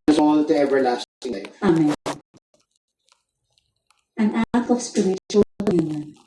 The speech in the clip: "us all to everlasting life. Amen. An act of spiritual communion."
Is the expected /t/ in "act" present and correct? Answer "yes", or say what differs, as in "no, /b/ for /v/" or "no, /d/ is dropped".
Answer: no, /t/ is dropped